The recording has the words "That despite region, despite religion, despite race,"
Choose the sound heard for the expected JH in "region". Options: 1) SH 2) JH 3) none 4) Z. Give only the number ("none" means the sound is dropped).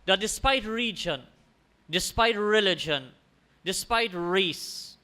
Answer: 2